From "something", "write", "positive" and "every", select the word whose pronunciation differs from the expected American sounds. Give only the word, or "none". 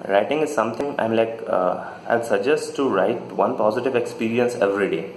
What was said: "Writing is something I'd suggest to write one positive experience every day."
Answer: something